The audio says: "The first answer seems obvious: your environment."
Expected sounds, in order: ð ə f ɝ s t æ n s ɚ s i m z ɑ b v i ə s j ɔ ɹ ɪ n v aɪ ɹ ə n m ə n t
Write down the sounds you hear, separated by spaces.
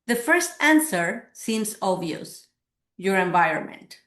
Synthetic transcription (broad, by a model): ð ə f ɝ s t æ n s ɚ s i m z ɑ v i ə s j ɔ ɹ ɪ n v aɪ ɹ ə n m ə n t